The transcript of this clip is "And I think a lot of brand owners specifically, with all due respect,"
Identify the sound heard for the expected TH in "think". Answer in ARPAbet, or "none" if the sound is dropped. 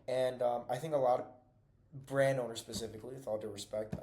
TH